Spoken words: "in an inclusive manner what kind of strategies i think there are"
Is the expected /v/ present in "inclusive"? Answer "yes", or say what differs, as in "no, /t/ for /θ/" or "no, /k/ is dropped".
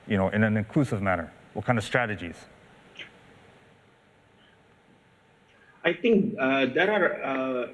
yes